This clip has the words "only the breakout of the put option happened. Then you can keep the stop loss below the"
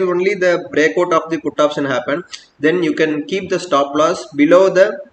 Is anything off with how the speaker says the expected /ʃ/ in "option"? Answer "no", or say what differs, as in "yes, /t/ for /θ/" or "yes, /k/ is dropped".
yes, /s/ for /ʃ/